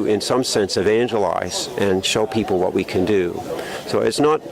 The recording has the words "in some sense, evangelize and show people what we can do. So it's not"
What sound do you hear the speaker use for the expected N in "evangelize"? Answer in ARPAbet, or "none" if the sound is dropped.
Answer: N